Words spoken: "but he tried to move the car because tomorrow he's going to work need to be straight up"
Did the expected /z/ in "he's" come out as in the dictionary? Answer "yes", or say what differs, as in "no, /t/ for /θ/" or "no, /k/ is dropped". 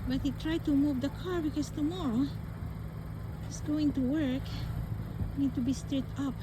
no, /s/ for /z/